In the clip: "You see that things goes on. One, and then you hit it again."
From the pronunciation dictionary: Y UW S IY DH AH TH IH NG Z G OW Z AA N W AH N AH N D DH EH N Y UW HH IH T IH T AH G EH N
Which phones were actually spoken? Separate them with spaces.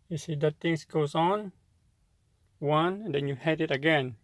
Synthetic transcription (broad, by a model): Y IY S IY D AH T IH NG S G OW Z AA N W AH AH N D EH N Y UW HH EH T IH T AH G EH N